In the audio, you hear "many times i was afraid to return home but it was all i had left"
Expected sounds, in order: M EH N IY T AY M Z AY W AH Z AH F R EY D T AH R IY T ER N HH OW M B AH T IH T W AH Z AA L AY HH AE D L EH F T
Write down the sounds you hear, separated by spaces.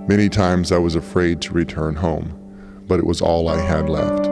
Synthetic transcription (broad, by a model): M EH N IY T AY M Z AY W AH Z AH F R EY D T AH R IY T ER N HH OW M B AH T IH T W AH Z AA L AY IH D L EH F T